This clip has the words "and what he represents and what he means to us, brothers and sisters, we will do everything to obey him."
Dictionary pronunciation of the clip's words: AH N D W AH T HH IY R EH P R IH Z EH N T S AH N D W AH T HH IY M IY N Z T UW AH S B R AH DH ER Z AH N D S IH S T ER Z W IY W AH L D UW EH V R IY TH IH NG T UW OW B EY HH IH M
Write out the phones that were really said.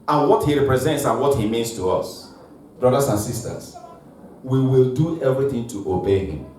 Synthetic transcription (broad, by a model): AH N W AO T HH IY R EH P R IH Z EH N T S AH N W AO T HH IY M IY N S T UW AH S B R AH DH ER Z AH N S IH S T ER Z W IY W AH L D UW EH V R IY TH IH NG T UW OW B EY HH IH M